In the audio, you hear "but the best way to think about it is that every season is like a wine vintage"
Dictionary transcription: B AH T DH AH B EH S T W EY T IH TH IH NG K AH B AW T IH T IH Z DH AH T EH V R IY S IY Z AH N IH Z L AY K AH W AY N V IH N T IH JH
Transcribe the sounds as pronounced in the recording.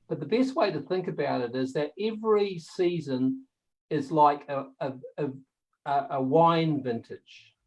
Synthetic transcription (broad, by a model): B AH T DH AH B EH S T W EY T IH TH IH NG K AH B AW T IH T IH Z DH AH T EH V R IY S IY Z AH N IH Z L AY K AH W AY N V IH N T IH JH